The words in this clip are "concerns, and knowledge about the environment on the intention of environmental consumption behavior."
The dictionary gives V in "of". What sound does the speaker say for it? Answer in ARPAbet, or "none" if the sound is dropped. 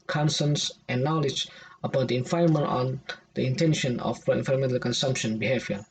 P